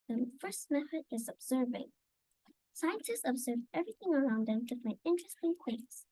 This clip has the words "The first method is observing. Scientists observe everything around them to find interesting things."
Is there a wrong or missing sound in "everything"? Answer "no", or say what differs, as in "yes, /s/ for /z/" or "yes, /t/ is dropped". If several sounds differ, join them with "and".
no